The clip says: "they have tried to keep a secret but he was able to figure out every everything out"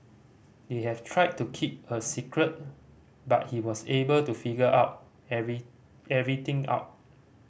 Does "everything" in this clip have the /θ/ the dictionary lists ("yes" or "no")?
no